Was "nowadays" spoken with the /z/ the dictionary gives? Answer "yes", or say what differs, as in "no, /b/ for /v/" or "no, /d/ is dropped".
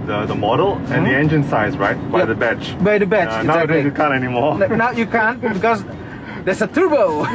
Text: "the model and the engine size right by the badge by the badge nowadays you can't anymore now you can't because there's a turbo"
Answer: no, /z/ is dropped